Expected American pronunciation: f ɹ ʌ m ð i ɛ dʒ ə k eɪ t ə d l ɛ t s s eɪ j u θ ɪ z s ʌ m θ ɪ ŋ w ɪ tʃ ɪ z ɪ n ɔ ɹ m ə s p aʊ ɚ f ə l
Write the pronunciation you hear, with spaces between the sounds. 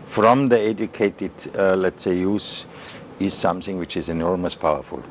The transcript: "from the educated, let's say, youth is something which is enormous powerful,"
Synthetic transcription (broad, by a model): f ɹ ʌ m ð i ɛ dʒ ə k eɪ t ə d l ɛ t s s eɪ j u s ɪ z s ʌ m θ ɪ ŋ w ɪ tʃ ɪ z ɪ n ɔ ɹ m ə s p aʊ ɚ f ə l